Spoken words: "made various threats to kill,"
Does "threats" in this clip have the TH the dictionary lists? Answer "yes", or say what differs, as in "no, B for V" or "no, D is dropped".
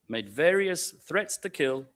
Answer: yes